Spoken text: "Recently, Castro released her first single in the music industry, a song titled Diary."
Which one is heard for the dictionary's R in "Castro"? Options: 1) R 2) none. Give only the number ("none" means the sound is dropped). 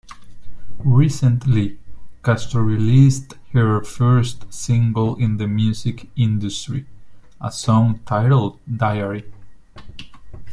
2